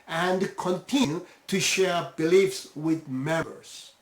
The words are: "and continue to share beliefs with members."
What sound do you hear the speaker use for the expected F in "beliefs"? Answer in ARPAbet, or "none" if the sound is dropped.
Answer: F